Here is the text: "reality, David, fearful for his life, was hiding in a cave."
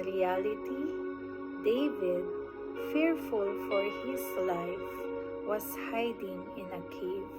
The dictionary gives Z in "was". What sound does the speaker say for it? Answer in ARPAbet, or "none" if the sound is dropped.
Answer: S